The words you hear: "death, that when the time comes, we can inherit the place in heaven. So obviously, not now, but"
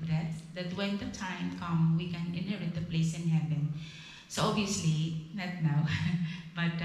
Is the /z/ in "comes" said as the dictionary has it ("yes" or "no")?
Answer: no